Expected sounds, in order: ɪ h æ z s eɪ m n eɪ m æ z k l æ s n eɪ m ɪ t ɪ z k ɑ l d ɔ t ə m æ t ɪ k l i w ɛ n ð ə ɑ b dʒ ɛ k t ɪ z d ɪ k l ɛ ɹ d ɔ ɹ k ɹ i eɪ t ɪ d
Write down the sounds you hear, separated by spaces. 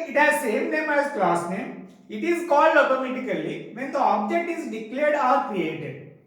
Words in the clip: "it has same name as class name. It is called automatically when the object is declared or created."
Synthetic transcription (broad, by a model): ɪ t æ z s eɪ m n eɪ m æ z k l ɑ s n eɪ m ɪ t ɪ z k ɑ l d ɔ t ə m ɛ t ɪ k l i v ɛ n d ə ɑ b dʒ ɛ k t ɪ z d ɪ k l ɛ ɹ d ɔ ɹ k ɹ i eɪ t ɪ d